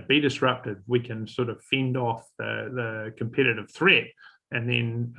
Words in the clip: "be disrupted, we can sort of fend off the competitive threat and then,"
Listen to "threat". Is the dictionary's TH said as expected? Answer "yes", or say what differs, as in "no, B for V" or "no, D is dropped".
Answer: yes